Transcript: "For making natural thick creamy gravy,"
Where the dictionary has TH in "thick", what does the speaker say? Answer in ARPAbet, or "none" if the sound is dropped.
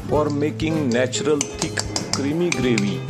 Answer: T